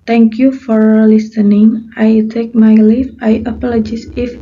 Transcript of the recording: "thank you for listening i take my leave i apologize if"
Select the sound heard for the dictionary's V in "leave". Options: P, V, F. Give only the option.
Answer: F